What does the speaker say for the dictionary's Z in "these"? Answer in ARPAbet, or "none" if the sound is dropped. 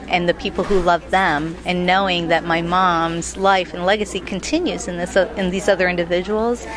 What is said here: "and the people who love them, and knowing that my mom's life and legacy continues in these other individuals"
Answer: Z